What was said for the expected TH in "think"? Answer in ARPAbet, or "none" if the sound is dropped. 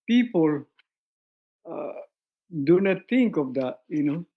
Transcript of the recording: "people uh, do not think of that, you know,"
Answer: T